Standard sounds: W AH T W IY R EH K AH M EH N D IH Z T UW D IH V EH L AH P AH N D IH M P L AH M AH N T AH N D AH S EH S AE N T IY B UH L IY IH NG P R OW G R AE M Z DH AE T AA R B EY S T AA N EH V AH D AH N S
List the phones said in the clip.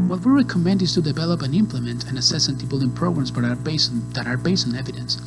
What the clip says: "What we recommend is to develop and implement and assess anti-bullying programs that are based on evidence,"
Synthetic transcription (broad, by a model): W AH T W IY R EH K AH M EH N D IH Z T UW D IH V EH L AH P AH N IH M P L AH M AH N T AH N AH S EH S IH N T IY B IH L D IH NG P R OW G R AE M S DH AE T AA R B EY S T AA N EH V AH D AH N S